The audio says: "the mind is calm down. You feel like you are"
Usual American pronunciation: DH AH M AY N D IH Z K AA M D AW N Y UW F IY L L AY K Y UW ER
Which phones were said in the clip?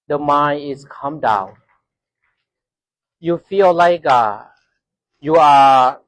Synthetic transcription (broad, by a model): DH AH M AY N IH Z K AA M D AW N Y UW F IY L L AY K Y UW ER